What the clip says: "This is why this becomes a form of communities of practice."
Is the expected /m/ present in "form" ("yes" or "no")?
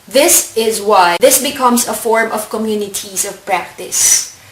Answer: yes